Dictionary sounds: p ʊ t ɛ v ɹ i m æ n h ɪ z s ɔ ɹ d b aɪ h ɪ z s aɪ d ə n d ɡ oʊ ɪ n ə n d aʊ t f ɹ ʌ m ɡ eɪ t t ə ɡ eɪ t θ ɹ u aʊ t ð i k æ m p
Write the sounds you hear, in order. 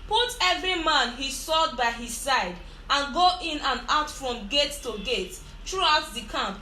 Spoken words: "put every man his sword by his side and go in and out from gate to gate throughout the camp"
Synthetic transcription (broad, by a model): p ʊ t ɛ v ɹ i m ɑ n h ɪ s ɔ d b aɪ h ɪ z s aɪ d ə n ɡ oʊ ɪ n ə n aʊ t f ɹ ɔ m ɡ eɪ t t ə ɡ eɪ t t ɹ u aʊ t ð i k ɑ m p